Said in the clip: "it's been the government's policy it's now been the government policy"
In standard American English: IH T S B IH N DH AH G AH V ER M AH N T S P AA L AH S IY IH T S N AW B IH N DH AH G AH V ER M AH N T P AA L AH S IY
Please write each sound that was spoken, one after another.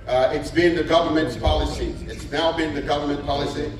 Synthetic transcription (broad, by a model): IH T S B IH N DH AH G AH V ER M AH N T S P AA L AH S IY IH T S N AW B IH N DH AH G AH V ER M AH N P AA L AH S IY